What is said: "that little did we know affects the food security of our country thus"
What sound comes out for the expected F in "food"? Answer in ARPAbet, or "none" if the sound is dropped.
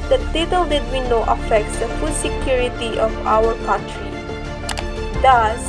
F